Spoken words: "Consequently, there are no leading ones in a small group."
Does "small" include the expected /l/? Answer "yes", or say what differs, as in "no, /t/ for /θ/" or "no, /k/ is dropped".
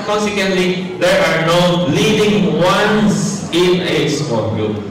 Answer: no, /n/ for /l/